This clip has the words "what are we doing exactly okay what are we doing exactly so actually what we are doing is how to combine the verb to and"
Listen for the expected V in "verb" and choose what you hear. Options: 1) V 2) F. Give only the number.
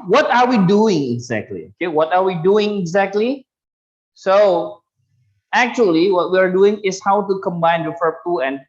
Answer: 2